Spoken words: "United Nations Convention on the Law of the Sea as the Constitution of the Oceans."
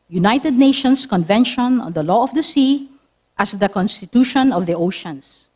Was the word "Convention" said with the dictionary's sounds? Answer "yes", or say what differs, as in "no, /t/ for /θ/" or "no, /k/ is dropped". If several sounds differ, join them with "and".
yes